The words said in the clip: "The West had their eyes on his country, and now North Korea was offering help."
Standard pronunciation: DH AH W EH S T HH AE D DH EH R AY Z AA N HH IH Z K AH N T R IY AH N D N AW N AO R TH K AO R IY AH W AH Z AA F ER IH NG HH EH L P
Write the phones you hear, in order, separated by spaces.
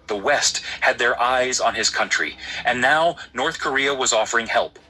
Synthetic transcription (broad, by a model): DH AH W EH S T HH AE D DH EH R AY Z N IH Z K AH N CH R IY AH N N AW N AO R TH K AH R IY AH W AH Z AA F ER IH NG HH EH L P